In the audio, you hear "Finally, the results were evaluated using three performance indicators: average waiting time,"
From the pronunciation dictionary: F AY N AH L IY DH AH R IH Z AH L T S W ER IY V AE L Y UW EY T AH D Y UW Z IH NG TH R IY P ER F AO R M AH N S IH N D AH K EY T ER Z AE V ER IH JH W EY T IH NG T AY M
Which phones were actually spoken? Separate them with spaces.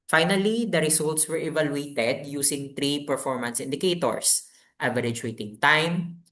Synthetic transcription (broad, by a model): F AY N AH L IY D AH R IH S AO L T S W ER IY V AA L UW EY T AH D Y UW S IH NG T R IY P ER F AO R M AH N S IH N D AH K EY T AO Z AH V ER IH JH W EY T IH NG T AY M